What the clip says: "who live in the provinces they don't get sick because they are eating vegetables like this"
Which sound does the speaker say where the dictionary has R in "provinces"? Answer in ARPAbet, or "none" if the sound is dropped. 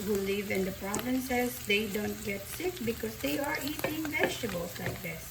R